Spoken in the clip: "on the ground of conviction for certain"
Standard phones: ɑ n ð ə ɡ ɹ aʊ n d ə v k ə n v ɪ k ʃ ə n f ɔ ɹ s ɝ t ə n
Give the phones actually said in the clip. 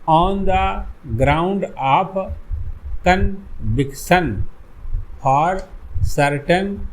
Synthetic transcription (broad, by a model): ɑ n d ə ɡ ɹ aʊ n d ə p k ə n b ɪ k s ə n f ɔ ɹ s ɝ t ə n